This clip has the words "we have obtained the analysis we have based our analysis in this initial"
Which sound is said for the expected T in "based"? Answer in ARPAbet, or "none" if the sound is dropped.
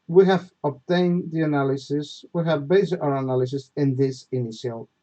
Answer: none